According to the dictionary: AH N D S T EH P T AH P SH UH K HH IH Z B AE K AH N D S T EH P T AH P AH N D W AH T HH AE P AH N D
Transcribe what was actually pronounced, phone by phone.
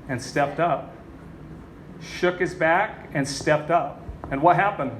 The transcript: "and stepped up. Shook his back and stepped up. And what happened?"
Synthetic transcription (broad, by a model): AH N S T EH P T AH P SH UH K HH IH Z B AE K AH N S T EH P T AH P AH N W AH T HH AE P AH N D